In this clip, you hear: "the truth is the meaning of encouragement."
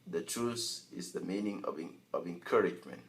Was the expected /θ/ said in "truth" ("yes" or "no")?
no